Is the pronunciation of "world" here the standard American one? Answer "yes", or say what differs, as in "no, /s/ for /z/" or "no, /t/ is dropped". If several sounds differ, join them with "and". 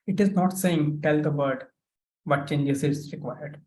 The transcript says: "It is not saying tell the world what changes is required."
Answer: no, /l/ is dropped